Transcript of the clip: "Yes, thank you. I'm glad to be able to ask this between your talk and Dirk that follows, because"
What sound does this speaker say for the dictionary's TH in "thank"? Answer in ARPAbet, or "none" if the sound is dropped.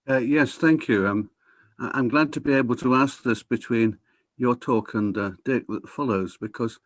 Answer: TH